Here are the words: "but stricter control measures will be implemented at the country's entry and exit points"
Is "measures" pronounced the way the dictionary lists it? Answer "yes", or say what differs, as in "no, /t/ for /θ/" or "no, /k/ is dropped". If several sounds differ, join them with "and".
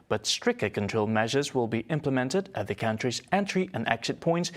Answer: yes